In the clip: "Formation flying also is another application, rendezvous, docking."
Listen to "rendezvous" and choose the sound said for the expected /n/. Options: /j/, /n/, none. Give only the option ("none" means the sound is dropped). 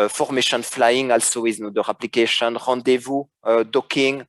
none